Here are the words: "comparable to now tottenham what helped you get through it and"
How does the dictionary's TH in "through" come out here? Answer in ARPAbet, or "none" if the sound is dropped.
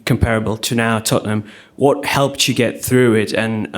TH